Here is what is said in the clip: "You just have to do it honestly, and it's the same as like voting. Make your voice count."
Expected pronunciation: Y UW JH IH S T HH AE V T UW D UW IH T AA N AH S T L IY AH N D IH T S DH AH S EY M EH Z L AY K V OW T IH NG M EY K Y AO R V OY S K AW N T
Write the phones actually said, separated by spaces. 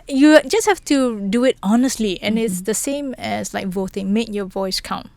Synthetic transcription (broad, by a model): Y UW JH IH S T HH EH F T UW D UW IH T AA N AH S T L IY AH N IH T S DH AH S EY M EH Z L AY K V OW T IH NG M EY K Y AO V OY S K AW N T